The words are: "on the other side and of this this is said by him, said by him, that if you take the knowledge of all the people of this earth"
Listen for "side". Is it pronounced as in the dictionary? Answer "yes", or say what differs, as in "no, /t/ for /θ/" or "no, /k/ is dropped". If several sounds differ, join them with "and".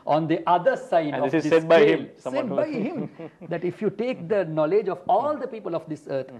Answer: no, /d/ is dropped